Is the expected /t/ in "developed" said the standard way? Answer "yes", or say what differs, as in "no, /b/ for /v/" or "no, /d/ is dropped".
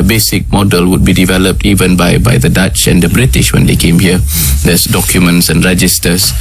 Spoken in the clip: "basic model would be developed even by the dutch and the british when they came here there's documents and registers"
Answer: yes